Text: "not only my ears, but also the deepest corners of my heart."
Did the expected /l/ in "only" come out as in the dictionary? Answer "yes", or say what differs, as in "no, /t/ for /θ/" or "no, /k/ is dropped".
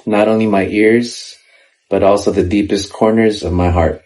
yes